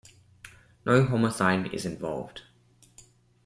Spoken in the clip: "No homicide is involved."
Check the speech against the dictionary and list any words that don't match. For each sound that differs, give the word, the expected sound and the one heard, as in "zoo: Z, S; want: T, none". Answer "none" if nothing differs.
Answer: homicide: S, TH